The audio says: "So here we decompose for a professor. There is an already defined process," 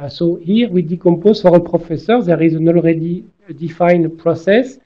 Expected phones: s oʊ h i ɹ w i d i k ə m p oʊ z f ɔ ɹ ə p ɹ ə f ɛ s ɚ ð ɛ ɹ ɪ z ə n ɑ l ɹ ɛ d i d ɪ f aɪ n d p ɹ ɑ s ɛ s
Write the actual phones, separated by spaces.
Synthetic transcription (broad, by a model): s oʊ h i ɹ w i d i k ə m p oʊ z f ɔ ɹ ə p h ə f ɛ s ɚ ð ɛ ɹ ɪ z ə n ɑ l ɹ ɛ d i d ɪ f aɪ n p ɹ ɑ s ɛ s